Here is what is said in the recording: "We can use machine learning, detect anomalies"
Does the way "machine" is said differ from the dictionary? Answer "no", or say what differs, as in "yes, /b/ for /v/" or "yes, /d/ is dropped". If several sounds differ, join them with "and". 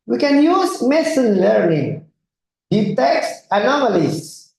yes, /s/ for /ʃ/